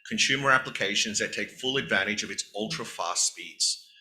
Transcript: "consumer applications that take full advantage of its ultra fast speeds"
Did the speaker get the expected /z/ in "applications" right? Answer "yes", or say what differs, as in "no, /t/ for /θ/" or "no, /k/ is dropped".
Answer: yes